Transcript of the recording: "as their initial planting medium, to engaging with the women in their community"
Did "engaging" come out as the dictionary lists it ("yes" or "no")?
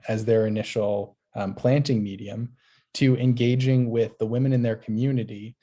yes